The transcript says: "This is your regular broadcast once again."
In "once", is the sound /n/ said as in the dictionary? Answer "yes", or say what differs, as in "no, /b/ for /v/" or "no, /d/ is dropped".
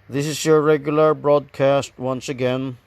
yes